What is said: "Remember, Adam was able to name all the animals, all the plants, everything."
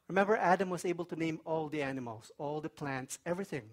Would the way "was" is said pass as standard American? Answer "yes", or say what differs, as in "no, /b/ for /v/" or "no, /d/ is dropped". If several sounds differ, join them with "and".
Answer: no, /s/ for /z/